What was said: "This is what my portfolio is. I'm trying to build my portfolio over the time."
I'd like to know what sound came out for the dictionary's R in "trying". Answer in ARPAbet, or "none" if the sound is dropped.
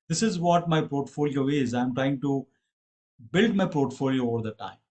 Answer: R